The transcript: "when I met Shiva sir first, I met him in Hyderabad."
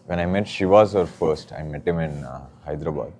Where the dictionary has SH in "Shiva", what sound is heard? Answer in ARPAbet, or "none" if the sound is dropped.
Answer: SH